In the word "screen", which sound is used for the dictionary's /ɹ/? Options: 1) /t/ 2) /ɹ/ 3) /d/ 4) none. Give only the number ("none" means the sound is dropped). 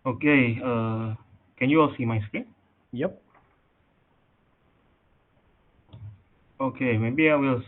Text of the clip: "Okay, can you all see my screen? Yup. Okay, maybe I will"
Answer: 4